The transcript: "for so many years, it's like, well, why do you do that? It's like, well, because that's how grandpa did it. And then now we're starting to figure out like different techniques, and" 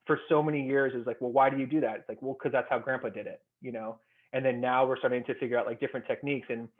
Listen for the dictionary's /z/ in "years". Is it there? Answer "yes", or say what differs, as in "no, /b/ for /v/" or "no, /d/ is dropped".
yes